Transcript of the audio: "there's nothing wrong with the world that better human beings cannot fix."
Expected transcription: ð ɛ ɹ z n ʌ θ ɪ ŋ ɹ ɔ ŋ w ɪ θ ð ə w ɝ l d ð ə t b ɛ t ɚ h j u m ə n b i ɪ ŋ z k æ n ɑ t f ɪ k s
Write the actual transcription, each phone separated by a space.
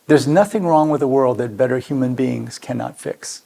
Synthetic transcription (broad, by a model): ð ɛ ɹ z n ʌ θ ɪ ŋ ɹ ɔ ŋ w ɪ ð ə w ɝ l d ð ə t b ɛ t ɚ h j u m ə n b i ɪ ŋ z k æ n ɑ t f ɪ k s